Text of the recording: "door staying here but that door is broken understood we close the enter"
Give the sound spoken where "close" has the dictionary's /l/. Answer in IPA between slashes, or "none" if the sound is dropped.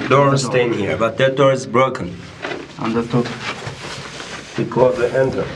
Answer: none